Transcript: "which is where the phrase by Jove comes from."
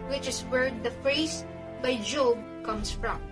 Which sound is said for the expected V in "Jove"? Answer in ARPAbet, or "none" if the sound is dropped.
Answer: B